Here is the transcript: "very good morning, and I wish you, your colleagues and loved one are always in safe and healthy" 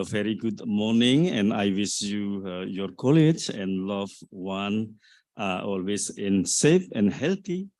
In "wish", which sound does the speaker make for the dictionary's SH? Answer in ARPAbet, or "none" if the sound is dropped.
S